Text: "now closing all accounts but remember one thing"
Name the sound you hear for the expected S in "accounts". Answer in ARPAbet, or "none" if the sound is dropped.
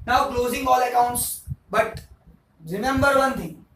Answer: S